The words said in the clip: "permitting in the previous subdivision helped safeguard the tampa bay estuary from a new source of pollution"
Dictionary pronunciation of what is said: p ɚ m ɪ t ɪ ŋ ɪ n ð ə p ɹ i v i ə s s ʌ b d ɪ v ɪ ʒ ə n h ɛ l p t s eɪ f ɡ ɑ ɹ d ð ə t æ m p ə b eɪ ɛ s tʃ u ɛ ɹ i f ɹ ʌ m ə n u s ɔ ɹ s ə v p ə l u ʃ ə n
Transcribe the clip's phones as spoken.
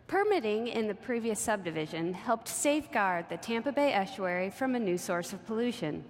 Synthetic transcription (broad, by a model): p ɚ m ɪ t ɪ ŋ ɪ n ð ə p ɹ i v i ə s s ʌ b d ɪ v ɪ ʒ ə n h ɛ l p t s eɪ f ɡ ɑ ɹ d ð ə t æ m p ə b eɪ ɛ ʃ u ɛ ɹ i f ɹ ʌ m ə n u s ɔ ɹ s ə v p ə l u ʃ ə n